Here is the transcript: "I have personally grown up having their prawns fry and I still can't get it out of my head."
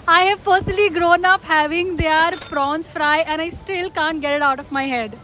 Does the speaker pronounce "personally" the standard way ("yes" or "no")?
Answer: no